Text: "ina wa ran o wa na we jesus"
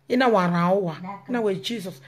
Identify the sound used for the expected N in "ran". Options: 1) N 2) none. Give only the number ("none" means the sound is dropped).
2